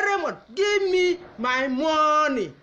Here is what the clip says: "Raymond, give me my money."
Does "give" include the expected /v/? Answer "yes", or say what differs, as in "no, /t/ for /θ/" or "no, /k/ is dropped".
no, /b/ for /v/